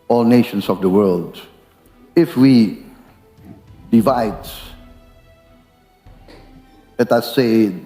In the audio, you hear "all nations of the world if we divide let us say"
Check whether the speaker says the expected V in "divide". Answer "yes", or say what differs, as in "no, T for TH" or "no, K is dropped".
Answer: yes